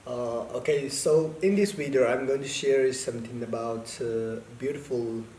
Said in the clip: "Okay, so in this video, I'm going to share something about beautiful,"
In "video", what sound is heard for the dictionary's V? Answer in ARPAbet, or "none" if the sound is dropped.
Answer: W